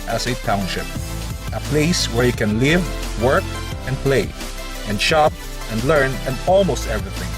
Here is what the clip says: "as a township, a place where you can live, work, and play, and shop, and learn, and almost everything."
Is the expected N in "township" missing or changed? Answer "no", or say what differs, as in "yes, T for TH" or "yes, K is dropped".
no